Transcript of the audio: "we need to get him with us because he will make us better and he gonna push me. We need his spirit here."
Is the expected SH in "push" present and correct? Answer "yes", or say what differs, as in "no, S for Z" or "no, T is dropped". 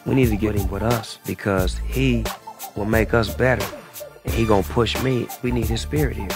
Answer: yes